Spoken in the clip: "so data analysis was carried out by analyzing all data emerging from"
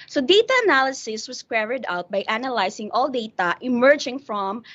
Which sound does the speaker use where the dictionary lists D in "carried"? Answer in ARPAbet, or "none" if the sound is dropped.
D